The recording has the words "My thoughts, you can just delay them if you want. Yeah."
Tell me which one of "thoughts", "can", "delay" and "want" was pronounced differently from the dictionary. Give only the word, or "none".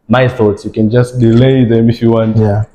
none